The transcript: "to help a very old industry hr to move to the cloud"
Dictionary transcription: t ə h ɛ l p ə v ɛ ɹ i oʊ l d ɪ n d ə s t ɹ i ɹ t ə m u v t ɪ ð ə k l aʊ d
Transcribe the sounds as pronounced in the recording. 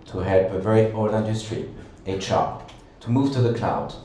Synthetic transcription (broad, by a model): t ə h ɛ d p ə v ɛ ɹ i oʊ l ɪ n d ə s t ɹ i ɹ t ə m u v t ɪ ð ə k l aʊ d